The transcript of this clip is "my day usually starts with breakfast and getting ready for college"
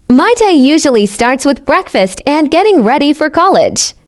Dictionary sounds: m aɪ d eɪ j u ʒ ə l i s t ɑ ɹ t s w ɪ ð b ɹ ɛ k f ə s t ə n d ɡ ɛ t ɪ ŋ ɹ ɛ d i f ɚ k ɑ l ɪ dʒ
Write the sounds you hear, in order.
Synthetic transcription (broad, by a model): m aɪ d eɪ j u ʒ ə l i s t ɑ ɹ t s w ɪ ð b ɹ ɛ k f ə s t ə n ɡ ɛ t ɪ ŋ ɹ ɛ d i f ɚ k ɑ l ɪ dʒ